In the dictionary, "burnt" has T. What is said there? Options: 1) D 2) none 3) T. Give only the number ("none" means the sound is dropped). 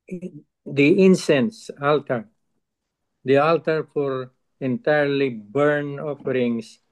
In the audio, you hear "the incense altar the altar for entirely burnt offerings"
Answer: 2